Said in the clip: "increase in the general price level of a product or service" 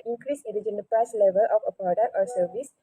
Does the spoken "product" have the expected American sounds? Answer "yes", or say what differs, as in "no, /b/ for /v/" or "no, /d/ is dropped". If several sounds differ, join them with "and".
no, /k/ is dropped